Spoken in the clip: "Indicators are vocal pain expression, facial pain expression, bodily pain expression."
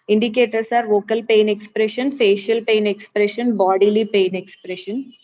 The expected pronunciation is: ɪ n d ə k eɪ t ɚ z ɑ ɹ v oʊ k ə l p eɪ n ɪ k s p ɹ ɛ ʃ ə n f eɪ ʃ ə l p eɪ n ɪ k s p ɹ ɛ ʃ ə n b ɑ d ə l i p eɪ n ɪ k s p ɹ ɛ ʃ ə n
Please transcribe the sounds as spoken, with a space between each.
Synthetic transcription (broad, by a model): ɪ n d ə k eɪ t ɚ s ɑ ɹ v oʊ k ə l p eɪ n ɪ k s p ɹ ɛ ʃ ə n f eɪ ʃ ə l p eɪ n ɪ k s p ɹ ɛ ʃ ə n b ɑ d ə l i p eɪ n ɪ k s p ɹ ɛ ʃ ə n